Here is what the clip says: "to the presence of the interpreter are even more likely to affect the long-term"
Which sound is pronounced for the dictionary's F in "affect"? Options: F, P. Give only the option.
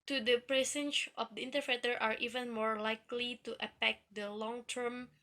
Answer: P